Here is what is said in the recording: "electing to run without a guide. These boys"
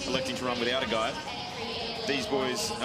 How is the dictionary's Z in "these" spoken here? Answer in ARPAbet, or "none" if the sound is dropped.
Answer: Z